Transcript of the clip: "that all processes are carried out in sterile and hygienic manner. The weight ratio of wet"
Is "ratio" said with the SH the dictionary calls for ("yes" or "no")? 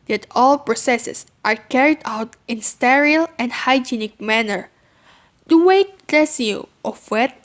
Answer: no